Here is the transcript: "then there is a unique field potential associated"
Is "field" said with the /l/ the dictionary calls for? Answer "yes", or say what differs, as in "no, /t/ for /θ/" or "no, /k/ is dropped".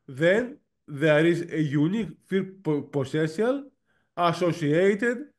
no, /l/ is dropped